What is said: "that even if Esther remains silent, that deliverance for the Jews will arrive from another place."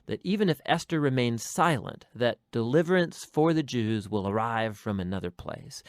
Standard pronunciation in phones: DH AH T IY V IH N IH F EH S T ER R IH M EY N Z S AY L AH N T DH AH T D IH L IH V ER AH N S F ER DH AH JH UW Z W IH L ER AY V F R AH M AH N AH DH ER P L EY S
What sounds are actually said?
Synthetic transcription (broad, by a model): DH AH T IY V IH N IH F EH S T ER R IH M EY N Z S AY L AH N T DH AH T D IH L IH V ER AH N S F ER DH AH JH UW Z W IH L ER AY V F R AH M AH N AH DH ER P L EY S